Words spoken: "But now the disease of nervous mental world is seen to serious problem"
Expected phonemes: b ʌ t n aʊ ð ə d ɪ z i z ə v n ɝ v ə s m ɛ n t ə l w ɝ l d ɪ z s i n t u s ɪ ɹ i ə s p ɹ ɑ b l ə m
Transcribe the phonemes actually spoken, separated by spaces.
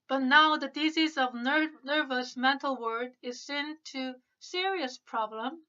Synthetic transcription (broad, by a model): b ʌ t n aʊ ð ə d ɪ z i z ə v n ɝ v ə s m ɛ n t l w ɝ d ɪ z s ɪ n t u s ɪ ɹ i ə s p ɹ ɑ b l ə m